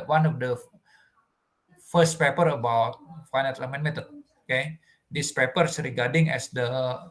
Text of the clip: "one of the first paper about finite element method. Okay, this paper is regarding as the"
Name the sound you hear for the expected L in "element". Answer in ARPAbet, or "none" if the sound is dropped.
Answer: none